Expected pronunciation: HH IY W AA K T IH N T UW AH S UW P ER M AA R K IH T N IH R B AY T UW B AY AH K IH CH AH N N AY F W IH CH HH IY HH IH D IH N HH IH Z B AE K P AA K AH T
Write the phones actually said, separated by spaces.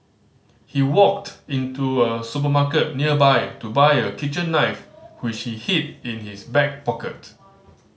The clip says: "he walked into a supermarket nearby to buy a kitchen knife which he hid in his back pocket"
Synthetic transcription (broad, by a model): HH IY W AA K T IH N T UW AH S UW P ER M AA K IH T N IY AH B AY T UW B AY AH K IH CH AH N N AY F W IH CH HH IY HH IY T IH N HH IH S B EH K P AA K AH T